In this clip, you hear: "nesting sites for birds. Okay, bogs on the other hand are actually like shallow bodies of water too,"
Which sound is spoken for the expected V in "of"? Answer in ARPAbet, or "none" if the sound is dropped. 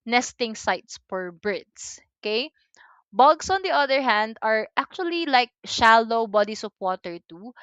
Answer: P